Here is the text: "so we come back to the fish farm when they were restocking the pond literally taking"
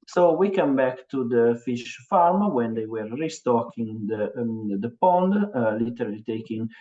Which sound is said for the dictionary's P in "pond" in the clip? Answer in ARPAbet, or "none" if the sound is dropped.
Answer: P